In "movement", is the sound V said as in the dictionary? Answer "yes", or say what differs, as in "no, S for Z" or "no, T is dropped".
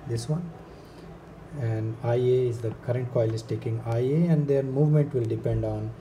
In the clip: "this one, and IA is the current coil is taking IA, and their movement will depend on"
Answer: yes